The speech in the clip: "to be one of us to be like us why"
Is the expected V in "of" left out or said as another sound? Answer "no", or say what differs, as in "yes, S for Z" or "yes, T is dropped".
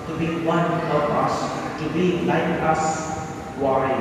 yes, P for V